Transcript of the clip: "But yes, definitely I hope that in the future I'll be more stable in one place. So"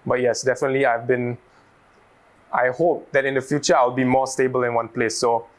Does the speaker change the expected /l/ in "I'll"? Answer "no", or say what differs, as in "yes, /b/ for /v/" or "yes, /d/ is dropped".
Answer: yes, /w/ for /l/